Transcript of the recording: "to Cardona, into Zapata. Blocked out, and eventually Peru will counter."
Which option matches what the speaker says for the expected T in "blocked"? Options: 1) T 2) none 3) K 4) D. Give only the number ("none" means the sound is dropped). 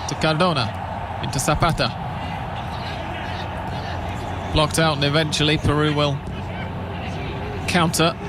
1